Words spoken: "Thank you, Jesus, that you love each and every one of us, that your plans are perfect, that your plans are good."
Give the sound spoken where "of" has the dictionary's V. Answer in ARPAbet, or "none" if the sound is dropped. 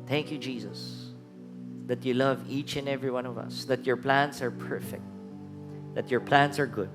V